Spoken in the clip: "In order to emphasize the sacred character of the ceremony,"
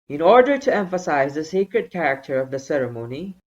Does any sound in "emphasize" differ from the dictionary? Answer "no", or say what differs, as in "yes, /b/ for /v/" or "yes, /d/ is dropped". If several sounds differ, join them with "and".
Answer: no